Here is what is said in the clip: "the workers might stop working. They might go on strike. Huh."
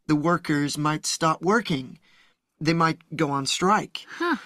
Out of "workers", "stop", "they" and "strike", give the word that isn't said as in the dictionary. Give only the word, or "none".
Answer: none